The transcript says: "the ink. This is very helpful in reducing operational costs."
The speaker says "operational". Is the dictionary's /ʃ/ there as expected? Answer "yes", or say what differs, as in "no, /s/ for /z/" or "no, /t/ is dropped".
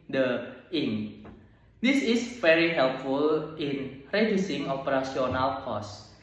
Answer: no, /s/ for /ʃ/